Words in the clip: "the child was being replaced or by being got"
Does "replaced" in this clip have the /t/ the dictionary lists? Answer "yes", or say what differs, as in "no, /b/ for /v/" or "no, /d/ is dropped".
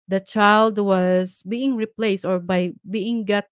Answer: yes